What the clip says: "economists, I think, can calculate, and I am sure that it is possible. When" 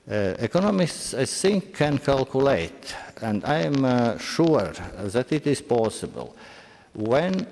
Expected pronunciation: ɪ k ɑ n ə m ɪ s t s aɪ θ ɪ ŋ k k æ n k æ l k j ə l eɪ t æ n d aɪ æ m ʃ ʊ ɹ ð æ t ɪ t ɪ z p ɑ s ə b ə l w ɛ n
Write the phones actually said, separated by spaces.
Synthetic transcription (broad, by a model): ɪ k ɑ n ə m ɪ s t s aɪ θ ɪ ŋ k k æ n k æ l k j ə l eɪ t æ n d aɪ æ m ʃ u ɹ ð æ t ɪ t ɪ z p ɑ s ə b ə l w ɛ n